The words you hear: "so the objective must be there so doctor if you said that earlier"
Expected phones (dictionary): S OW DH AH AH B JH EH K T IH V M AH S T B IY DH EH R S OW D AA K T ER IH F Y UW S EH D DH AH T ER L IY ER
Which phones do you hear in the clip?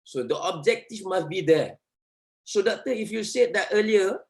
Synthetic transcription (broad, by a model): S OW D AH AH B JH EH K T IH F M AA S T B IY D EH S OW D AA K T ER IH F Y UW S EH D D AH T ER L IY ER